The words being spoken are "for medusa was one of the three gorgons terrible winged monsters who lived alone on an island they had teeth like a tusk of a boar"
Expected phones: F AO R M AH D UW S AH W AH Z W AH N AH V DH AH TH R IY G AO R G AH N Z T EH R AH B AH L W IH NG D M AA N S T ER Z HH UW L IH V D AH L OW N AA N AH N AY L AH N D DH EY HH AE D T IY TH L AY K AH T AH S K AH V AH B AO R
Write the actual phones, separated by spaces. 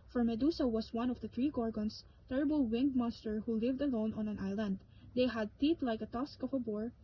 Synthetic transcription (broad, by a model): F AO R M AH D UW S AH W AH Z W AH N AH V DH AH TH R IY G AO R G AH N S T EH R AH B AH L W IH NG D M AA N S T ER HH UW L IH V D AH L OW N AA N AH N AY L AH N D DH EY HH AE D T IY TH L AY K AH T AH S K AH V AH B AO R